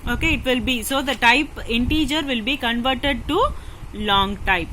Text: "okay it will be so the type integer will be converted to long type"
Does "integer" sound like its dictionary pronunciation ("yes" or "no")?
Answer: yes